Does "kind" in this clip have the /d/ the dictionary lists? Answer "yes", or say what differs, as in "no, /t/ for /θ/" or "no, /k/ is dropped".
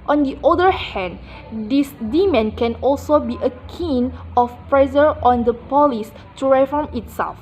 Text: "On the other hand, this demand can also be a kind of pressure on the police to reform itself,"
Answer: no, /d/ is dropped